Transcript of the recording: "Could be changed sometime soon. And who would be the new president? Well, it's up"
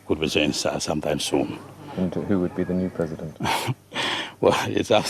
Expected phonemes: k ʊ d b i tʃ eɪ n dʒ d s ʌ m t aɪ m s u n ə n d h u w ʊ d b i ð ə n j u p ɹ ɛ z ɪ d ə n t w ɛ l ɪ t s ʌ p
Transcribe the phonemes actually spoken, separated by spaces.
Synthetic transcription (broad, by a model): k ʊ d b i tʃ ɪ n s s ʌ m t aɪ m s u n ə n h u w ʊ d b i ð ə n j u p ɹ ɛ z ɪ d ə n t w ɛ l ɪ t s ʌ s